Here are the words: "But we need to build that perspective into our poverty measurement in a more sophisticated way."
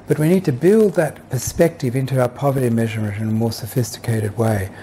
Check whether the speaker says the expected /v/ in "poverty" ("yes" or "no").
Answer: yes